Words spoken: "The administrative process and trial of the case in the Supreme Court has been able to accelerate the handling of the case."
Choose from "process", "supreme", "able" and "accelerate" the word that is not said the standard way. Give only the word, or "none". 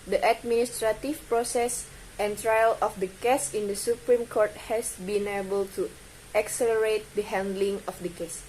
none